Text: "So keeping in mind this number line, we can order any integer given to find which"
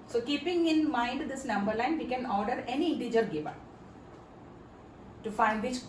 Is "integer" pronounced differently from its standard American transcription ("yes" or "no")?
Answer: no